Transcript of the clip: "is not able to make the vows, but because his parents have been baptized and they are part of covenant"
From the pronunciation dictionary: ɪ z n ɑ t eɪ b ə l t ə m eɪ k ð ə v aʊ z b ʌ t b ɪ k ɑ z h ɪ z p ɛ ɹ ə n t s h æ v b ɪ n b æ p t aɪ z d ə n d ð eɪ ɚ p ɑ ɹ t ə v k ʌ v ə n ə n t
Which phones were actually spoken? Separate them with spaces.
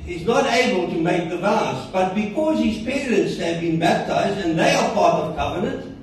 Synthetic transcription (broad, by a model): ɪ z n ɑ t eɪ b ə l t ə m eɪ k ð ə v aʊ s b ʌ t b ɪ k ɑ z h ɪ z p ɛ ɹ ə n t s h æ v b ɪ n b æ p t aɪ z d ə n ð eɪ ɚ p ɑ ɹ t ə v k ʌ v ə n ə n t